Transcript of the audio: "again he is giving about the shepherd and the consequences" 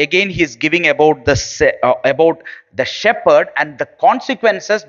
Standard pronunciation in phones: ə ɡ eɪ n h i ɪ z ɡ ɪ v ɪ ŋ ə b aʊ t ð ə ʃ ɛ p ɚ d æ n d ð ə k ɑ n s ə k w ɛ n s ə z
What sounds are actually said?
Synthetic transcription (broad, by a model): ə ɡ eɪ n h i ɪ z ɡ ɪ v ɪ ŋ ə b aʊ t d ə ʃ ɛ p ɚ d æ n d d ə k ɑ n s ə k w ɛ n s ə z